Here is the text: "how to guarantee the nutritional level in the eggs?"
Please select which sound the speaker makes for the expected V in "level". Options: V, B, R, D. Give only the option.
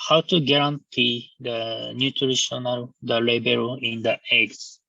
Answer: B